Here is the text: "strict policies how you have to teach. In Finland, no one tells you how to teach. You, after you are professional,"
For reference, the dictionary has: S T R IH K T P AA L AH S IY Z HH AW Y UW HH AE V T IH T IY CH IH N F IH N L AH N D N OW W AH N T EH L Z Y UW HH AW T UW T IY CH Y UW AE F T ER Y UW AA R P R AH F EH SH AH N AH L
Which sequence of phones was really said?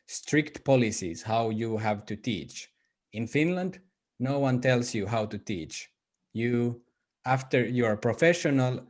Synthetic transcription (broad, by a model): S T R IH K T P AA L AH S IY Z HH AW Y UW HH AE V T IH T IY CH IH N F IH N L AH N D N OW W AH N T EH L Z Y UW HH AW T UW T IY CH Y UW AE F T ER Y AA R P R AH F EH SH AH N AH L